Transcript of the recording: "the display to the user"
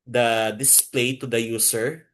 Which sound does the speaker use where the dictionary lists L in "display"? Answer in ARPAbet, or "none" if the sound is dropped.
L